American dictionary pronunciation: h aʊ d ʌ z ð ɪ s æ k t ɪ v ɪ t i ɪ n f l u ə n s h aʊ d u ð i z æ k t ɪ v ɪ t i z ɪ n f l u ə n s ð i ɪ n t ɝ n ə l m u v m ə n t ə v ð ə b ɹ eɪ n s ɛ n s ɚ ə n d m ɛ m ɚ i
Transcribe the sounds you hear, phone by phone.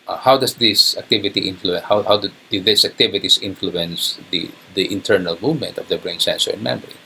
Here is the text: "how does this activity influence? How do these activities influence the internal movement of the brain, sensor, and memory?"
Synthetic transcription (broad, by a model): h aʊ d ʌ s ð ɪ s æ k t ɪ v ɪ t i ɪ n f l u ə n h h aʊ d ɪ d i s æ k t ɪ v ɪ t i s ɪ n f l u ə n s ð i ɪ n t ɝ n ə l m u v m ə n t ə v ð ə b ɹ eɪ n s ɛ n s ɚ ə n m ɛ m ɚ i